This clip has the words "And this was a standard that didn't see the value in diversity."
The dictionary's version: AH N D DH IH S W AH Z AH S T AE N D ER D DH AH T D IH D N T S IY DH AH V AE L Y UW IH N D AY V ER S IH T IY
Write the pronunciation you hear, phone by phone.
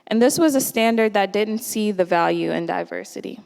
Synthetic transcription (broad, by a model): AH N DH IH S W AH Z AH S T AE N D ER D DH AH T D IH D N T S IY DH AH V AE L Y UW IH N D AY V ER S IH T IY